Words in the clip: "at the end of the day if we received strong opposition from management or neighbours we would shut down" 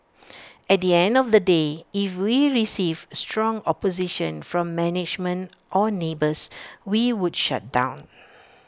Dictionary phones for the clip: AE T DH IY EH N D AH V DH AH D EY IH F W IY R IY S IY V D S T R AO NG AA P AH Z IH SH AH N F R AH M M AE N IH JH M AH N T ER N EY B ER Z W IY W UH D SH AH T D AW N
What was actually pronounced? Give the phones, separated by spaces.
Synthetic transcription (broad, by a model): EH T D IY EH N D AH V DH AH D EY IH F W IY R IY S IY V S T R AO NG AA P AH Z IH SH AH N F R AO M M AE N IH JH M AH N T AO N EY B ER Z W IY W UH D SH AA T D AW N